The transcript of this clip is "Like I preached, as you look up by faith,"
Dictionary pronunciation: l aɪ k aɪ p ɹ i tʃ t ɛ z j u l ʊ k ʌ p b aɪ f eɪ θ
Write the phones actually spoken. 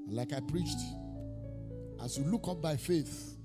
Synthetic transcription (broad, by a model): l aɪ k aɪ p ɹ i tʃ t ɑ s j u l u k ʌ p b aɪ f eɪ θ